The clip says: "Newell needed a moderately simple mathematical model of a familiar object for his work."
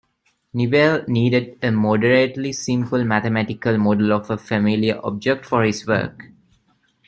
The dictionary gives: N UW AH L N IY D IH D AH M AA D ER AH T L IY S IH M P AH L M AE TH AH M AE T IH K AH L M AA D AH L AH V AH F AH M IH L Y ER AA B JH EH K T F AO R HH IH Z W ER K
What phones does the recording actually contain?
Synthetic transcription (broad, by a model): N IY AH L N IY D IH D AH M AA D ER AH T L IY S IH M P AH L M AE T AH M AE T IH K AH L M AA D AH L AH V AH F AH M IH L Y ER AA B JH EH K T F AO R HH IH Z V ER K